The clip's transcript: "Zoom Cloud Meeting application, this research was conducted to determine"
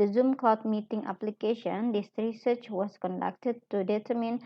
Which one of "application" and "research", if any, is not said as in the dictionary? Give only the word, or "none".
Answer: none